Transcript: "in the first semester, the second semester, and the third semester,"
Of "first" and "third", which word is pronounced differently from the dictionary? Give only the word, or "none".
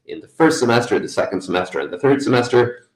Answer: none